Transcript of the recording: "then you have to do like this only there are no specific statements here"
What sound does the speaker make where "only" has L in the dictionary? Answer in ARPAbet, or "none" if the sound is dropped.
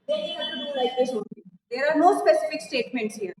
none